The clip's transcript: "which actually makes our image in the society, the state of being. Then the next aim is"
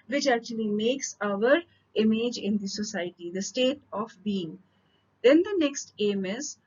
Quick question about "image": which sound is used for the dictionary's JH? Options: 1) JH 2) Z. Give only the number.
1